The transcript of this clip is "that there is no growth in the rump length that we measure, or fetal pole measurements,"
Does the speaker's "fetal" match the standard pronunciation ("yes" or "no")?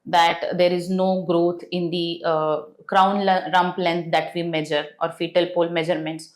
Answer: yes